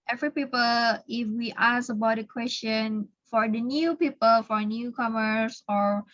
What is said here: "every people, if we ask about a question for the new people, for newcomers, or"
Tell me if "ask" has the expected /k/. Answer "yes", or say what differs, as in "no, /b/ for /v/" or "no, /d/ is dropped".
no, /k/ is dropped